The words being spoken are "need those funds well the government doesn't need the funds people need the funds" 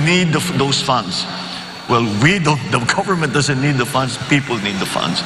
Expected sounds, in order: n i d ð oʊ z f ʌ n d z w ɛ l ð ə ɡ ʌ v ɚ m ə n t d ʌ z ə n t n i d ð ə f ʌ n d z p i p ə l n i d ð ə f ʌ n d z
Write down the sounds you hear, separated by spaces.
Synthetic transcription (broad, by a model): n i d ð oʊ s f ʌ n d s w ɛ l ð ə ɡ ʌ v ɚ m ə n t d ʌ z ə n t n i d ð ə f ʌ n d s p i p ə l n i d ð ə f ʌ n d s